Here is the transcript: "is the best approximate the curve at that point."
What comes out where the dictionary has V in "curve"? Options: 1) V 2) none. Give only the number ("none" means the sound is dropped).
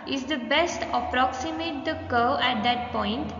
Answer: 2